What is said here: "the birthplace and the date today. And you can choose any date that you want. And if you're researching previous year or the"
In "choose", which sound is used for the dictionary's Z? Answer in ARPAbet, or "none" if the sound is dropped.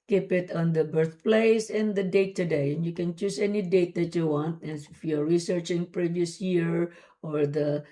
S